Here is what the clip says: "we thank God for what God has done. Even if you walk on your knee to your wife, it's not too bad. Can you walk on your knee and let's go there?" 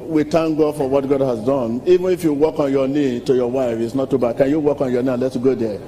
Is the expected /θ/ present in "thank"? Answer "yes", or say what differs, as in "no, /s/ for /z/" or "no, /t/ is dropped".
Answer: no, /t/ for /θ/